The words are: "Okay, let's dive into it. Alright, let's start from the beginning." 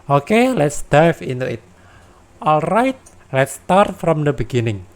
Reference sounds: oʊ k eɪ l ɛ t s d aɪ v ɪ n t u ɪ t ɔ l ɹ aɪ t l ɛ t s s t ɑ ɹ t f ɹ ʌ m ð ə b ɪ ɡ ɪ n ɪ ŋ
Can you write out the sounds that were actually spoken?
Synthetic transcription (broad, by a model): oʊ k eɪ l ɛ t s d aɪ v ɪ n t u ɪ t ɔ l ɹ aɪ t l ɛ t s s t ɑ ɹ t f ɹ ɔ m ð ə b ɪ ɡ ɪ n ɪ ŋ